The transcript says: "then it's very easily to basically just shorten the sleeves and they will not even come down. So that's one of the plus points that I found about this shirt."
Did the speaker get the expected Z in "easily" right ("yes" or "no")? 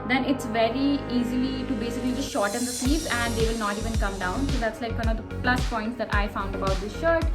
yes